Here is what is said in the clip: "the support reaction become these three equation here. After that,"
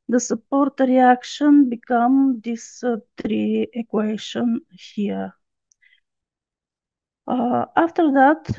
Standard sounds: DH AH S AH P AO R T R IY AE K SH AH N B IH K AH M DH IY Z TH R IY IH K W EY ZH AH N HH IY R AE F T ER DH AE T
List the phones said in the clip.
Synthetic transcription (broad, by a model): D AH S AH P AO R T R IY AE K SH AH N B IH K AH M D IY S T R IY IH K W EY SH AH N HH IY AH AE F T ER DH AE T